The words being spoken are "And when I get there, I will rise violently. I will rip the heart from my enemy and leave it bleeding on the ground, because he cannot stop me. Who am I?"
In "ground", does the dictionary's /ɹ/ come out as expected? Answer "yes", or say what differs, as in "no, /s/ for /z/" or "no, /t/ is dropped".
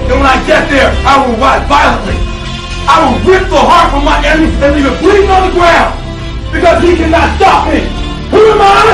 no, /w/ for /ɹ/